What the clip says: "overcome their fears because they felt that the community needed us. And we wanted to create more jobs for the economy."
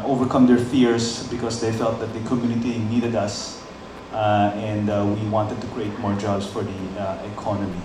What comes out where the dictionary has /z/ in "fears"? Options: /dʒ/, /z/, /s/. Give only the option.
/s/